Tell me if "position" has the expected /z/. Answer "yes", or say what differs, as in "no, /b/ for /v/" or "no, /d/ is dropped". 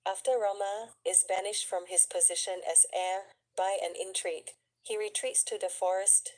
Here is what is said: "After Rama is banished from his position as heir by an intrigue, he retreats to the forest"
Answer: yes